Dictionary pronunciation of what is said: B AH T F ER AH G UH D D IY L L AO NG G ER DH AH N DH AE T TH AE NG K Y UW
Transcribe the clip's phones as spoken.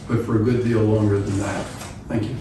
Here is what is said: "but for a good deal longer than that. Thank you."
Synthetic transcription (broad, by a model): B AH T F ER AH G UH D D IY L L AO NG G ER DH AH N DH AE T TH AE NG K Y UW